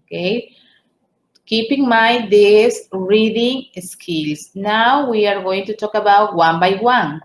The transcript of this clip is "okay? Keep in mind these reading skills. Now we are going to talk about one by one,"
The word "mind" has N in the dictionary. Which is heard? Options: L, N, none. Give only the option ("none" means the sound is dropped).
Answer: none